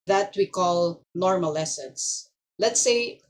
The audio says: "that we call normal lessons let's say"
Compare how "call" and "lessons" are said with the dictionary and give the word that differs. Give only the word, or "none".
lessons